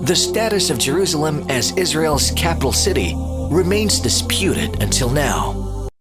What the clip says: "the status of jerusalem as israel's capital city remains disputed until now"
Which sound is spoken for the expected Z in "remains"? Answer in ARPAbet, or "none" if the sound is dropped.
Z